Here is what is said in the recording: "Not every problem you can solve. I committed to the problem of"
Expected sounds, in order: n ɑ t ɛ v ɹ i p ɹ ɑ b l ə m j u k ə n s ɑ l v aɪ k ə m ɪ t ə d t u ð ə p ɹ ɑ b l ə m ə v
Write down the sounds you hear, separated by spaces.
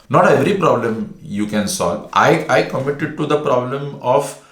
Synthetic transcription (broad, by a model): n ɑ t ɛ v ɹ i p ɹ ɑ b l ə m j u k ə n s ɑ l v aɪ k ə m ɪ t ə d t u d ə p ɹ ɑ b l ə m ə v